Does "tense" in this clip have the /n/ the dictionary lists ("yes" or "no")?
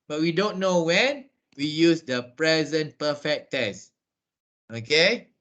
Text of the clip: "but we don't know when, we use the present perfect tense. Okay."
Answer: no